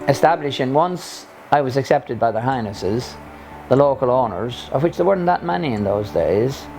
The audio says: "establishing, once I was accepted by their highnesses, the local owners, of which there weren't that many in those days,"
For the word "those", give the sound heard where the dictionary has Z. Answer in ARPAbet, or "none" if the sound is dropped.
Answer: Z